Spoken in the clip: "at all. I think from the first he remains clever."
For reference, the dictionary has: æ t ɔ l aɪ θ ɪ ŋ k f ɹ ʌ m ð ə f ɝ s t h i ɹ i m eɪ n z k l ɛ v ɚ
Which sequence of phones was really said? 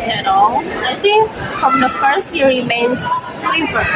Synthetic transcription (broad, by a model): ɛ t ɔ n aɪ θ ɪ ŋ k f ɹ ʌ m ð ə f ɝ s t h i ɹ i m eɪ n s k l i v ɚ